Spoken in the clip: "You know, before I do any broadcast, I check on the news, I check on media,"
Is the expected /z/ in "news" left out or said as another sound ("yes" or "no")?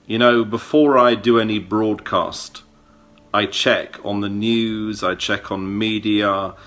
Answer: no